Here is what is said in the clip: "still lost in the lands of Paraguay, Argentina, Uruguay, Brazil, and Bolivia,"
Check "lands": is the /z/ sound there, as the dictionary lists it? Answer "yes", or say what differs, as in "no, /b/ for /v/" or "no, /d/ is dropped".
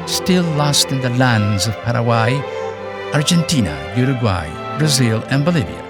yes